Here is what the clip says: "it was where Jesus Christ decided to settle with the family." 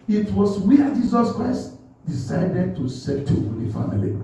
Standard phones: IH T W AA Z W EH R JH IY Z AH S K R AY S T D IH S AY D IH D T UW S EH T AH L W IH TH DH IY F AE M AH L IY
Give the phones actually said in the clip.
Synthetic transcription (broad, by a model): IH T W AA S W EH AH JH IY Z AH S K R AY S T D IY S AY D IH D T UW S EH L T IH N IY F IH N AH L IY